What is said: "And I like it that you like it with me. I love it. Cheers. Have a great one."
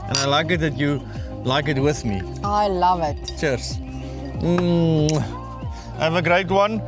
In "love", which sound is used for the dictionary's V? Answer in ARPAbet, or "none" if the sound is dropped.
V